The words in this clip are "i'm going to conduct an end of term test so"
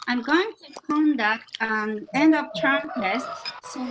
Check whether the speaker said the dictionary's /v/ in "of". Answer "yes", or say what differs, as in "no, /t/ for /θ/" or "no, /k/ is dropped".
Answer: no, /p/ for /v/